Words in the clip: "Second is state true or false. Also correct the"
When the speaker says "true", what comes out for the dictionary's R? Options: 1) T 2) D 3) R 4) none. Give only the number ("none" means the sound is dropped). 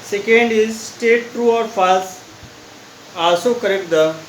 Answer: 3